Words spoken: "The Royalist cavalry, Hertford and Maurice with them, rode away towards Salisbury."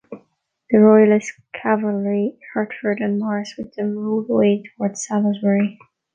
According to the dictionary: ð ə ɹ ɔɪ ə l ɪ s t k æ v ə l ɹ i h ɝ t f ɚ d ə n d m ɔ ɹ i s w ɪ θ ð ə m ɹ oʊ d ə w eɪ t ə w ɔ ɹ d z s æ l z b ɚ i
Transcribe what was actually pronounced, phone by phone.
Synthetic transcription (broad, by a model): ð ə ɹ ɔɪ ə l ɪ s k æ v ə l ɹ i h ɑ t f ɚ d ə n m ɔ ɹ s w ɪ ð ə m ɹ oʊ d ə w eɪ t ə w ɔ ɹ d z s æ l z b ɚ i